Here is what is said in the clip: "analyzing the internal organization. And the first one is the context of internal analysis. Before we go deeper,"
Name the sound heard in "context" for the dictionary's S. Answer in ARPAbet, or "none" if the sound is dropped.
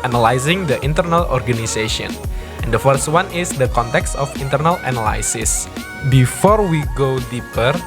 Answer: S